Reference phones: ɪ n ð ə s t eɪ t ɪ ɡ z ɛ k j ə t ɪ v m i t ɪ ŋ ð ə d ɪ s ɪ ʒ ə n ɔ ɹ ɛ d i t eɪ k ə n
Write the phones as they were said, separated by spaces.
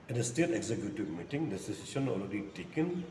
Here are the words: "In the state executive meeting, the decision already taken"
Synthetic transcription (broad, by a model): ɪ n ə s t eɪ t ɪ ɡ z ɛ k j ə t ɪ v m i t ɪ ŋ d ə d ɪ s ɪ s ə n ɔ l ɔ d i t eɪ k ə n